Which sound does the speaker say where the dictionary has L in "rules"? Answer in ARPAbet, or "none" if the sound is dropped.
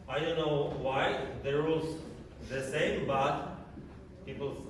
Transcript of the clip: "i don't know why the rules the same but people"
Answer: none